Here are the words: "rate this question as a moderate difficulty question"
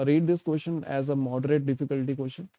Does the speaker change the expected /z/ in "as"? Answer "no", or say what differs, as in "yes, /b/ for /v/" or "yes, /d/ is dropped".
no